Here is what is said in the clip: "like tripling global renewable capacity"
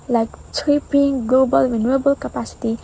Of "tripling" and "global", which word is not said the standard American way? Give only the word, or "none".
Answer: tripling